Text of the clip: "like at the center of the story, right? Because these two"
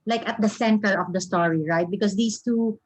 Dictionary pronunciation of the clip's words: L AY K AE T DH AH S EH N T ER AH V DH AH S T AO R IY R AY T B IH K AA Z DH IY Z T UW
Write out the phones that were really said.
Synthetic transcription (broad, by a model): L AY K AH T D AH S EH N T ER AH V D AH S T AO R IY R AY T B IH K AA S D IY S T UW